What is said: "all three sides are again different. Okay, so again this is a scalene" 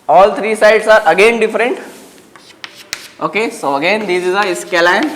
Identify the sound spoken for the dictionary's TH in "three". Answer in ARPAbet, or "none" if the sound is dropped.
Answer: T